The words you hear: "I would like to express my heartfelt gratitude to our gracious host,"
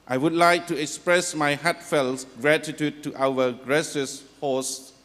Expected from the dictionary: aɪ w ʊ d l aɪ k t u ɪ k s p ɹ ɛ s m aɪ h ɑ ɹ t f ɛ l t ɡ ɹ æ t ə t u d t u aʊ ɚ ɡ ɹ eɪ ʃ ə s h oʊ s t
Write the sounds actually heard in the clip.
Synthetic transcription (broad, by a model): aɪ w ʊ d l aɪ k t u ɪ k s p ɹ ɛ s m aɪ h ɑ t f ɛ l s ɡ ɹ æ t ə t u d t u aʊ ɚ ɡ ɹ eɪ s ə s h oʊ s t